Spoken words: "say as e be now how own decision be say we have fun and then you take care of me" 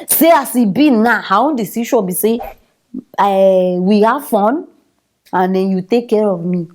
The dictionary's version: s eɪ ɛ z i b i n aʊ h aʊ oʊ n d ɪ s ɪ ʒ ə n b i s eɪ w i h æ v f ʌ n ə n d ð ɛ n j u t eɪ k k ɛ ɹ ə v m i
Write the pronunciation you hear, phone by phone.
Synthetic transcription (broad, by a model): s eɪ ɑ s i b i n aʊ h aʊ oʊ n d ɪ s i ʃ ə b i s eɪ w i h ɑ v f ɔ n ə n d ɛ n j u t eɪ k k ɛ ɹ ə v m i